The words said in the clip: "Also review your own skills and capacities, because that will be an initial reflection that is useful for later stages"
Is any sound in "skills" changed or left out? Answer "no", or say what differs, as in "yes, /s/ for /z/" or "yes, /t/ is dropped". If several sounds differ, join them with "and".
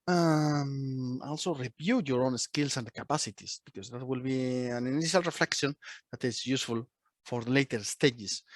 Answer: yes, /s/ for /z/